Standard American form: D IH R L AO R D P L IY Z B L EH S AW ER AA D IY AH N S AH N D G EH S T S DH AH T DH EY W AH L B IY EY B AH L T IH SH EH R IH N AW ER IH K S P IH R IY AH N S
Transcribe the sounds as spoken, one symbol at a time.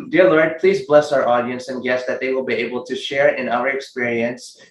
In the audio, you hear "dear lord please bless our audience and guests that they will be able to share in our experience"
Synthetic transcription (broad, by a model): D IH R L AO R D P L IY Z B L EH S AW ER AA D IY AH N S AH N G EH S S DH AH T DH EY W AH L B IY EY B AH L T IH SH EH R IH N AW ER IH K S P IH R IY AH N S